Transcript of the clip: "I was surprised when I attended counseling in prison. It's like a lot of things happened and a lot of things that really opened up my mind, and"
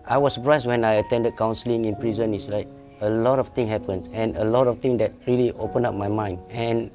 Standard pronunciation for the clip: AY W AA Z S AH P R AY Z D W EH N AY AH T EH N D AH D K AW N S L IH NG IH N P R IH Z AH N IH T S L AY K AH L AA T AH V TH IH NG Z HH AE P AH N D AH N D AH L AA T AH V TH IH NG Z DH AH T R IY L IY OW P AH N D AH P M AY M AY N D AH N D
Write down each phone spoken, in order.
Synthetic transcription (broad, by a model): AY W AA S AH P R AY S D W EH N AY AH T EH N D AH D K AW N S L IH NG IH N P R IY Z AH N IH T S L AY K AH L AA T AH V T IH NG HH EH P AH N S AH N AH L AA T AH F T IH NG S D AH T R IY L IY OW P AH N AA P M AY M AY N D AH N